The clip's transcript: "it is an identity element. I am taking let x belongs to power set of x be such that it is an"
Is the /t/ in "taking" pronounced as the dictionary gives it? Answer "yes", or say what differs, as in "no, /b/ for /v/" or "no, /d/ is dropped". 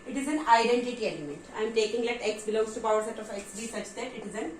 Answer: yes